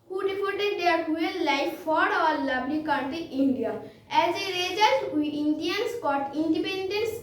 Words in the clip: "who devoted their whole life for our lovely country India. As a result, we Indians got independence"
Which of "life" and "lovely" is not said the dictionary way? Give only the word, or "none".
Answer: lovely